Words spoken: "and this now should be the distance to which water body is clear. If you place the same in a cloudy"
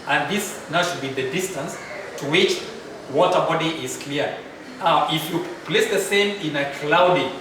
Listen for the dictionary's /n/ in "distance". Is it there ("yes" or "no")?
yes